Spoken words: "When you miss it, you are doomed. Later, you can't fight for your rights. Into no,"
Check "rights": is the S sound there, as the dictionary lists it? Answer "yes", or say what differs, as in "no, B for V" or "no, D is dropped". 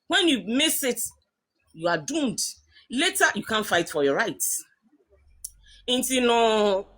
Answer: no, S is dropped